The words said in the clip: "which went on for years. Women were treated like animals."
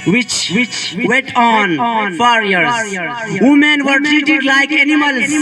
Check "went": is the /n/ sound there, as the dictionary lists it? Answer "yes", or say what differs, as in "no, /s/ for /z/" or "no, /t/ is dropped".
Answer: no, /n/ is dropped